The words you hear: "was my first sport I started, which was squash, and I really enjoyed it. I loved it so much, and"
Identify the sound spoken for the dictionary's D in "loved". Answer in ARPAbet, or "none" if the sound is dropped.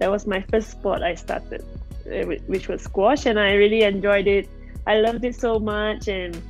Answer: D